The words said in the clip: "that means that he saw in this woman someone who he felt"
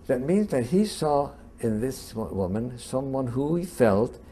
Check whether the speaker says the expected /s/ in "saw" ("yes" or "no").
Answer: yes